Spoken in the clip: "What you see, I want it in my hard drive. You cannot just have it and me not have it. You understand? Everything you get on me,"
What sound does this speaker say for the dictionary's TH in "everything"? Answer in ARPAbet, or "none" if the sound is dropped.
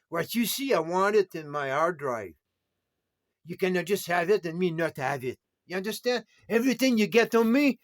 TH